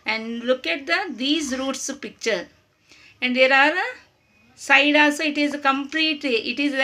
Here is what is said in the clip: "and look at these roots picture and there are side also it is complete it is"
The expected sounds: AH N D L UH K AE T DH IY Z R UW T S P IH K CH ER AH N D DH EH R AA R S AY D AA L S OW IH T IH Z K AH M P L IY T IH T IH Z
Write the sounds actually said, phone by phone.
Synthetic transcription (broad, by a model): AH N D L UH K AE T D IY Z R UW T S P IH K CH ER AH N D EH R AA R S AY D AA S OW IH T IH Z K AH M P L IY T IH T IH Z